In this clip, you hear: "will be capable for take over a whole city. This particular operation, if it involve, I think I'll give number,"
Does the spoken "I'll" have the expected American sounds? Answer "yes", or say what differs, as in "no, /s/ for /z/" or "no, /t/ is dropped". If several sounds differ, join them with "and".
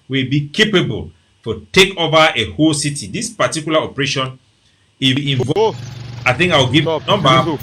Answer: no, /w/ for /l/